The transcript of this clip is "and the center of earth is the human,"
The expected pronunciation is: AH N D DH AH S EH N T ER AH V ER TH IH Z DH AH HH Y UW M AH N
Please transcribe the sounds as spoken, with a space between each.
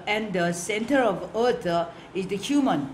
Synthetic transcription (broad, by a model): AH N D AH S EH N T ER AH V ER T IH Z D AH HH Y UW M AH N